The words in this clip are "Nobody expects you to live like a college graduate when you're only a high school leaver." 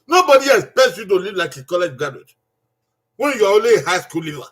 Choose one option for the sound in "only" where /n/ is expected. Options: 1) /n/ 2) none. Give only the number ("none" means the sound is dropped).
2